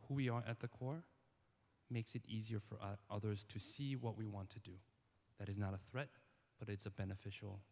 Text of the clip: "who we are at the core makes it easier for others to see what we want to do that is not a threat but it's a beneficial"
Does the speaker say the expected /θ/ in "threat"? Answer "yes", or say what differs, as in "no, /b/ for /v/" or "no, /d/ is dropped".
yes